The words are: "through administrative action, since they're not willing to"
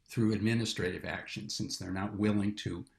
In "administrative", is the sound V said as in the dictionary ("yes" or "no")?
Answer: yes